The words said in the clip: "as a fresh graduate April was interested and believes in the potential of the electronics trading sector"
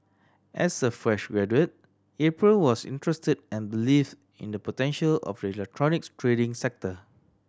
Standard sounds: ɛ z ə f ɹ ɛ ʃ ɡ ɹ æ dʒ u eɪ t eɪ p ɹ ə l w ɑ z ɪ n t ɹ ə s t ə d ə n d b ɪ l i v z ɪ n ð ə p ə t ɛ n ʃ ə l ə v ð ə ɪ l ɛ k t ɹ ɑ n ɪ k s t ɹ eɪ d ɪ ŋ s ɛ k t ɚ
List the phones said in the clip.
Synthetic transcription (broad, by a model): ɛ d ə f ɹ ɛ ʃ ɡ ɹ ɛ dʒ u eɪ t eɪ p ɹ ə l w ɑ s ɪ n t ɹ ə s t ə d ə n b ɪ l i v ɪ n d ə p ə t ɛ n ʃ ə l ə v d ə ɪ l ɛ k t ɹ ɑ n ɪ k t ɹ eɪ d ɪ ŋ s ɛ k t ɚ